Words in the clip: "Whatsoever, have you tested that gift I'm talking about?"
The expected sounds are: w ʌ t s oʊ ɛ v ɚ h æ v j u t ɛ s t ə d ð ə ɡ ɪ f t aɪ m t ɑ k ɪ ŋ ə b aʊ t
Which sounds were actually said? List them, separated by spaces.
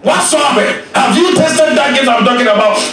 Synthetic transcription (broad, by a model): w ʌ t s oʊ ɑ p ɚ h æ v j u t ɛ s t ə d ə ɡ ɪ t aɪ m t ɑ k ɪ ŋ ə b aʊ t